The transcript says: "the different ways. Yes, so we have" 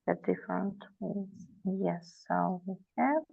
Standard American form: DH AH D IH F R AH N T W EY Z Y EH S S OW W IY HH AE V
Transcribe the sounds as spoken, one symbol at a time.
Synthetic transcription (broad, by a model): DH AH D IH F R AH N T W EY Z Y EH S S OW W IY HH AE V